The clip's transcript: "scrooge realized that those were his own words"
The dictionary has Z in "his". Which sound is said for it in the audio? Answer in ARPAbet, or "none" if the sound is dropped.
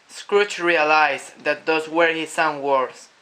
S